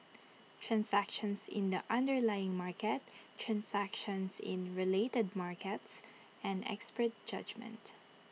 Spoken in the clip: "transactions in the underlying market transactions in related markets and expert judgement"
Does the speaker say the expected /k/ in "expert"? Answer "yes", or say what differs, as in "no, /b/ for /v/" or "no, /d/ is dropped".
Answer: yes